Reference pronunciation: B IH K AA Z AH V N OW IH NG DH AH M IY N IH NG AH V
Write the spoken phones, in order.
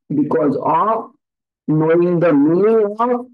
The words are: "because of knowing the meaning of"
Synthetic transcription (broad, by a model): B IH K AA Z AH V N OW IH NG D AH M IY IH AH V